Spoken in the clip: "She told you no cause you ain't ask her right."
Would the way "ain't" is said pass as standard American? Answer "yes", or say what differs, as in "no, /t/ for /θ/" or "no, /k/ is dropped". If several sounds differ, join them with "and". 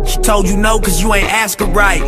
yes